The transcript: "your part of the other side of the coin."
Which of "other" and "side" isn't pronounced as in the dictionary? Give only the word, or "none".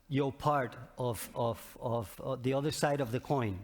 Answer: none